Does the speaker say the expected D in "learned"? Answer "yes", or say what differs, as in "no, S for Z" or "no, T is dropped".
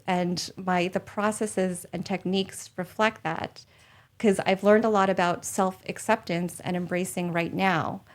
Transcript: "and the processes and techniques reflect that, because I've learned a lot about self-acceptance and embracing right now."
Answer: yes